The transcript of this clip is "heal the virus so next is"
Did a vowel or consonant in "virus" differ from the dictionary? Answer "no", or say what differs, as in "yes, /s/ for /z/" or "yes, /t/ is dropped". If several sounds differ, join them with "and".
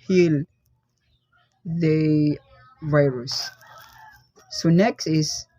no